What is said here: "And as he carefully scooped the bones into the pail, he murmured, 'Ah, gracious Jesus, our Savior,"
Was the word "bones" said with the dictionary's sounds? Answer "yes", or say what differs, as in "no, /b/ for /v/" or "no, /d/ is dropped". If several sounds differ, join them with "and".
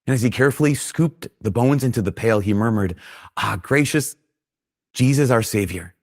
yes